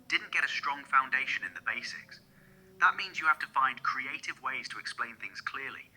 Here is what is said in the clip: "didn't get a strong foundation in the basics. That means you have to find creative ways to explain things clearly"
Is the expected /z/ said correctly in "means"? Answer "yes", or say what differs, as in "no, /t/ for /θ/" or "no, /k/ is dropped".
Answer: yes